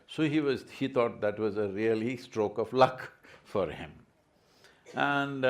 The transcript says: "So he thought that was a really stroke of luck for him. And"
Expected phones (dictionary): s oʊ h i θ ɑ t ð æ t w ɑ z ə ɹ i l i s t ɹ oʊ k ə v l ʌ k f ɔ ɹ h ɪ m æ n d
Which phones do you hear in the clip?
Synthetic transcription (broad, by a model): s oʊ h i t ɑ t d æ t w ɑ z ə ɹ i l i s t ɹ oʊ k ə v l ʌ k f ɔ ɹ h ɪ m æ n d